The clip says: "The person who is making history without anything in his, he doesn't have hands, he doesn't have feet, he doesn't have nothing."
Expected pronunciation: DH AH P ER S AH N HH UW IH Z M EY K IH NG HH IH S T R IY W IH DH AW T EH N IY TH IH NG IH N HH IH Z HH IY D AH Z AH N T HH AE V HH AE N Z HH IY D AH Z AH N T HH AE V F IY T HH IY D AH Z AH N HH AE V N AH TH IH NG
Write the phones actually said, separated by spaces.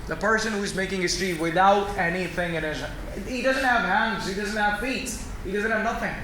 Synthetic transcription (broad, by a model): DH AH P ER S AH N HH UW IH Z M EY K IH NG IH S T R IY W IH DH AW T EH N IY TH IH NG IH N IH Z HH IY D AH Z AH N T HH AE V HH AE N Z HH IY D AH Z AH N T HH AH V F IY T HH IY D AH Z AH N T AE V N AH TH IH NG